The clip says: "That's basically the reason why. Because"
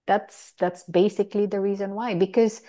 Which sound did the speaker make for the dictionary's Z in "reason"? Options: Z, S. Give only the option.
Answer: Z